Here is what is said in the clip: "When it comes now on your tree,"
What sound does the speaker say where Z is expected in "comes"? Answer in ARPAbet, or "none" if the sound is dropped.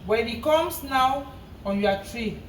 S